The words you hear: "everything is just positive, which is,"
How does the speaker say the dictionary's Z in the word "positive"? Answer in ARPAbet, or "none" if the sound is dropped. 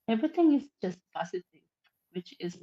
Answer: S